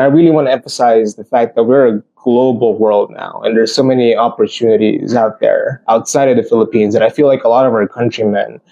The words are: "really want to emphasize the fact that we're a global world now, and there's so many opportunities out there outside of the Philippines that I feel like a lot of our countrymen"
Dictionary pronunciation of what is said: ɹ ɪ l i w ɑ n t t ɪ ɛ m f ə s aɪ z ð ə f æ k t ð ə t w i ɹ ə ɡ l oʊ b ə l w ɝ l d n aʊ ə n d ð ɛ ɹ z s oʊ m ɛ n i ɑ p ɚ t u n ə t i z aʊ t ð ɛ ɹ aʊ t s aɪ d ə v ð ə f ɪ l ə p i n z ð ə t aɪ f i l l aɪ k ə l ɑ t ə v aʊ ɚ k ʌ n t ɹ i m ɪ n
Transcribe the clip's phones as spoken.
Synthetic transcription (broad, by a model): ɹ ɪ l i w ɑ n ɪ ɛ m f ə s aɪ z ð ə f æ k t ð ə t w i ɹ ə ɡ l oʊ b l w ɝ l d n aʊ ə n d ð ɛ ɹ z s oʊ m ɛ n i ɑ p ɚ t u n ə t i z aʊ t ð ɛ ɹ aʊ t s aɪ d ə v ð ə f ɪ l ə p i n z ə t aɪ f i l l aɪ k ə l ɑ t ə v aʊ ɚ k ʌ n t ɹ i m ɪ n